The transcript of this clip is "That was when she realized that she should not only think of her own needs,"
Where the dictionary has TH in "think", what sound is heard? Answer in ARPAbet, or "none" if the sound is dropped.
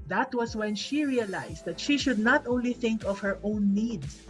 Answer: TH